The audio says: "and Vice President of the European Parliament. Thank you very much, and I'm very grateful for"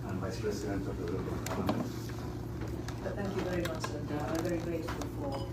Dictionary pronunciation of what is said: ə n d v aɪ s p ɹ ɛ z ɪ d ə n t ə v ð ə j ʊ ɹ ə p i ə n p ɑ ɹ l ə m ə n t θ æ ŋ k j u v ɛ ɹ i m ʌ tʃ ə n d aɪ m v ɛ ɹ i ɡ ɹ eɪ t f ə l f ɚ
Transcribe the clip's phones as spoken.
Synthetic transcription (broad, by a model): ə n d v aɪ s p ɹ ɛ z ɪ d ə n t ə v ð ə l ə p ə l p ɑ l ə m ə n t θ æ ŋ k j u v ɛ ɹ i m ʌ tʃ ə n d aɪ v ɛ ɹ i ɡ ɹ eɪ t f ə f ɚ